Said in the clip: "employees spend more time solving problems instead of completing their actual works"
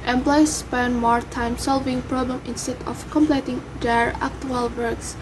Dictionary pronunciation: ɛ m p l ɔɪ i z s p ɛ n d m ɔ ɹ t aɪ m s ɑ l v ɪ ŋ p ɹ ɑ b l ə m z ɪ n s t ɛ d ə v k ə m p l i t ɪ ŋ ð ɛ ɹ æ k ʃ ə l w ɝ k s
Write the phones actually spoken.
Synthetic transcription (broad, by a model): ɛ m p l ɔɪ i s p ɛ n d m ɔ ɹ t aɪ m s ɑ l v ɪ ŋ p ɹ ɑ b l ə m ɪ n s t ɛ d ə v k ə m p l i t ɪ ŋ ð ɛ ɹ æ k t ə l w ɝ k s